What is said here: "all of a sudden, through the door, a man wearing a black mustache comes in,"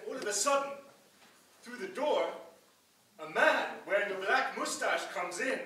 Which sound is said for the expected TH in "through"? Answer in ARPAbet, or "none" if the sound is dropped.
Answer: TH